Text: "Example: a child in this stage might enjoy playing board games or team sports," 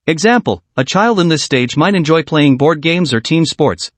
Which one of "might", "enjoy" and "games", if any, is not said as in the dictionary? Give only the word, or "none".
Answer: none